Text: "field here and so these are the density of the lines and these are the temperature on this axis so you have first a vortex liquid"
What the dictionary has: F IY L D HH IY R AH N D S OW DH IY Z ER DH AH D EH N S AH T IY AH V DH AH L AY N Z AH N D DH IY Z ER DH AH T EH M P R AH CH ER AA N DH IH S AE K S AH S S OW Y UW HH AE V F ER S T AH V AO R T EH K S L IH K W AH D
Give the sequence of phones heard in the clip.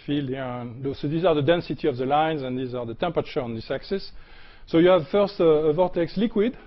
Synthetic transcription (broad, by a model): F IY L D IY L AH S OW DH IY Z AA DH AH D EH N S AH T IY AH V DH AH L AY N Z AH N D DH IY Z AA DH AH T EH M P R AH CH ER AA N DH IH S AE K S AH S S OW Y UW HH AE V F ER S T AH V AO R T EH K S L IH K W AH D